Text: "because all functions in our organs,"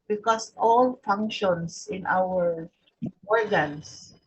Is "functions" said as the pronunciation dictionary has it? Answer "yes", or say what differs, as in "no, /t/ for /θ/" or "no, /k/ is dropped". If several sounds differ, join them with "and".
no, /s/ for /z/